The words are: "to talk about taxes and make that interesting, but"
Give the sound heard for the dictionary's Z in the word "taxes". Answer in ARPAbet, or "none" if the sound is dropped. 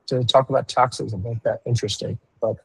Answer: Z